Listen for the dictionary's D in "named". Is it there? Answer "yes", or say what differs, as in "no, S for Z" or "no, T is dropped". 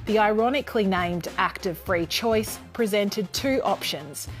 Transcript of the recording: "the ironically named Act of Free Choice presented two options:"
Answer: yes